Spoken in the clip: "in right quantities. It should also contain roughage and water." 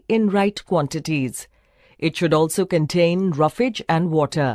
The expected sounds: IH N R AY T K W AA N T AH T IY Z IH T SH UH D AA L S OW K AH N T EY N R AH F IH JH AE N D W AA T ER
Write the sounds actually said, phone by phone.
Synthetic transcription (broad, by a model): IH N R AY T K W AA N T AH T IY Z IH T SH UH D AA L S OW K AH N T EY N R AH F IH JH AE N D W AA T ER